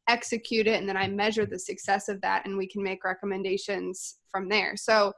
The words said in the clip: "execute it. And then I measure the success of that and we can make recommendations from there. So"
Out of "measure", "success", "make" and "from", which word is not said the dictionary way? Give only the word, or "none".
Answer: none